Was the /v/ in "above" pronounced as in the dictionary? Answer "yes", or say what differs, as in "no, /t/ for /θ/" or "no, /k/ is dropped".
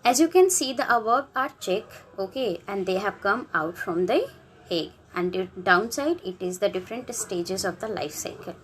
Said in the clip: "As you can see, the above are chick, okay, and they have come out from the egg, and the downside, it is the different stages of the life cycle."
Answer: no, /b/ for /v/